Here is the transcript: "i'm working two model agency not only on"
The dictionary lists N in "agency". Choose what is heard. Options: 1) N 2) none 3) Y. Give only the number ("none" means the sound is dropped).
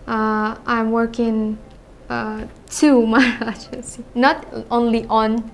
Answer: 2